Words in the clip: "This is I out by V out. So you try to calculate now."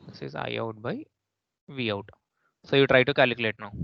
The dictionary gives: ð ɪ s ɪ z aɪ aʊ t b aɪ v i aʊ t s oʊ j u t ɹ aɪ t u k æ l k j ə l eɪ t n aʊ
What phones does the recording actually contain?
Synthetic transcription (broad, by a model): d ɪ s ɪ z aɪ aʊ t b aɪ v i aʊ t s oʊ j u t ɹ aɪ t u k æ l k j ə l eɪ t n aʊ